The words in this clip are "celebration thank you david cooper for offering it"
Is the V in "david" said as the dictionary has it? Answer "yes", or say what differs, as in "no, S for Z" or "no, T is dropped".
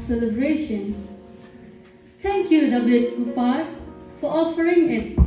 no, B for V